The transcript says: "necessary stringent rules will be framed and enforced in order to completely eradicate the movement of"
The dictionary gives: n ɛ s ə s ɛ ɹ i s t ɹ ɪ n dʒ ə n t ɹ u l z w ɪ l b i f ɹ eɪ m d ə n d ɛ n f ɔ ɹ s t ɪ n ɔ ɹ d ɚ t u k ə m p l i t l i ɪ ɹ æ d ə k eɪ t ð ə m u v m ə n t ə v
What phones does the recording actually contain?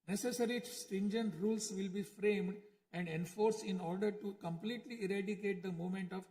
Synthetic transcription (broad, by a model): n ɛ s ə s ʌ ɹ i s t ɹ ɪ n dʒ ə n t ɹ u l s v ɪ l b i f ɹ eɪ m d ə n d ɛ n f ɔ ɹ s ɪ n ɔ ɹ d ɚ t u k ə m p l i t l i ɪ ɹ æ d ə k eɪ t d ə m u m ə n t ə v